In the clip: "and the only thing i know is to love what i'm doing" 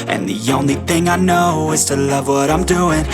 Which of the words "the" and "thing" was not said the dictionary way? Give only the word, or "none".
none